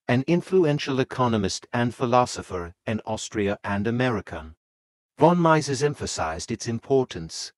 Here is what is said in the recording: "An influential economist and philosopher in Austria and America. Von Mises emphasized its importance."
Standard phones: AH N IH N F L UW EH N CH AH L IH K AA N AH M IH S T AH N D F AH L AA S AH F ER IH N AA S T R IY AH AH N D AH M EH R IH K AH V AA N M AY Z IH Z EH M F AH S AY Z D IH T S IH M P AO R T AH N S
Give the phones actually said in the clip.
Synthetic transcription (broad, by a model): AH N IH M F L UW EH N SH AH L IH K AA N AH M IH S T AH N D F AH L AA S AH F ER IH N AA S T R IY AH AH N AH M EH R IH K AH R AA N M AY Z IH Z EH M F AH S AY Z D IH T S IH M P AO R T N S